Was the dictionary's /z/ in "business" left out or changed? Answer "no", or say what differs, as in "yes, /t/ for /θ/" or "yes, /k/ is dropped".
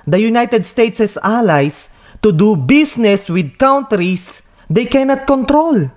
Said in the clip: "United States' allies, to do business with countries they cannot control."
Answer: yes, /s/ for /z/